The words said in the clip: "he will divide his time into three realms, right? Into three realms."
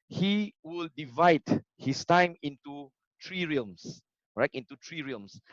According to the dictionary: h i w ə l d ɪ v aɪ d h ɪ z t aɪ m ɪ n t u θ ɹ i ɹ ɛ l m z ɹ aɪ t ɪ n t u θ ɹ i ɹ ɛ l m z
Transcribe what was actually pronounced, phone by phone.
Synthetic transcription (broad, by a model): h i w ə l d ɪ v aɪ d h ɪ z t aɪ m ɪ n t u t ɹ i ɹ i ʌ m s ɹ aɪ t ɪ n t u t ɹ i ɹ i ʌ m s